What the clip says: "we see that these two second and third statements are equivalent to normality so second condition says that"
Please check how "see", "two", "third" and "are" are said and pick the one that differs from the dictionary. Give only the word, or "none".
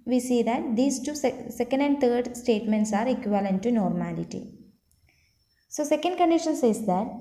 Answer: third